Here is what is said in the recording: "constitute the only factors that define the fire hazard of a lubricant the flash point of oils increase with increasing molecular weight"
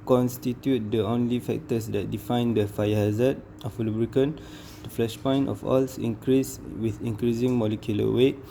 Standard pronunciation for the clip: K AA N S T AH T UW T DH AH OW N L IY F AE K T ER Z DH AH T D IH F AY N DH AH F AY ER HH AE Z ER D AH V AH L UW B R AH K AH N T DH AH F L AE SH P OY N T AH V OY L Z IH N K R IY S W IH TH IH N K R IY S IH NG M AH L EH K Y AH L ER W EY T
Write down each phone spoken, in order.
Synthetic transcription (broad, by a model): K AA N S T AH T UW T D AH OW N L IY F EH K T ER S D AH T D IH F AY N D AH F AY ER HH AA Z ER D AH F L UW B R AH K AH N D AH F L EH SH P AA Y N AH F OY L S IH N K R IY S W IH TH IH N K R IY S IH NG M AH L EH K Y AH L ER W EY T